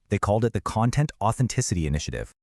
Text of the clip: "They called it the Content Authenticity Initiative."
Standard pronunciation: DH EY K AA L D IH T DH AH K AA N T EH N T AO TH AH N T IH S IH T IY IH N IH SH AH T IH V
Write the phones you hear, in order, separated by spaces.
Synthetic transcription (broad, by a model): DH EY K AA L D IH T DH AH K AA N T EH N T AO TH AH N T IH S IH T IY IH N IH SH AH T IH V